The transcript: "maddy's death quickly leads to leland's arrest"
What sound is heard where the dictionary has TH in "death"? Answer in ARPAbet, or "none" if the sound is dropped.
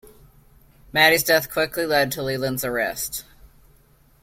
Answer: TH